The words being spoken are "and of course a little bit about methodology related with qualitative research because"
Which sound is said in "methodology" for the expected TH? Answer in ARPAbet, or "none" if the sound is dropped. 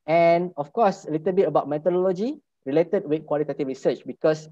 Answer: T